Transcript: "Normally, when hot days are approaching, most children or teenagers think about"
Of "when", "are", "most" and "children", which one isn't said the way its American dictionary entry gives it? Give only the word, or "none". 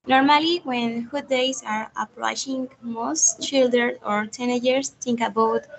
children